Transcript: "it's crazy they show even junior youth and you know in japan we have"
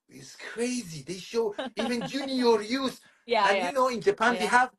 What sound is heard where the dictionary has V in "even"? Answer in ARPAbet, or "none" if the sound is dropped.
V